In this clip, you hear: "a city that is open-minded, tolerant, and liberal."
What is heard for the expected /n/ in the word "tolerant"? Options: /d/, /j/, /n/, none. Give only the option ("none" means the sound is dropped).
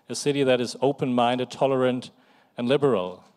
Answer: /n/